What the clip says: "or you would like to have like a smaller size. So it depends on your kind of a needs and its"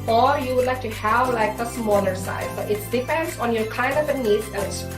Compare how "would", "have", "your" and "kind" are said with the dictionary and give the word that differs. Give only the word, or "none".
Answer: none